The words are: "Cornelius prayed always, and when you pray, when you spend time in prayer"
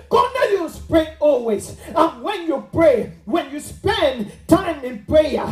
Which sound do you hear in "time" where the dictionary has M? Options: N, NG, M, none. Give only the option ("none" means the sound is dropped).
M